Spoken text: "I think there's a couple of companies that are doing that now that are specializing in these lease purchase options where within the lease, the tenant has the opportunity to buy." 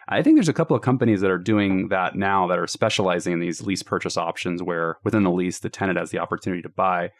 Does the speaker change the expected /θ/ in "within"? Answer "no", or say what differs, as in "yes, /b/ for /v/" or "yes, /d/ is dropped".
no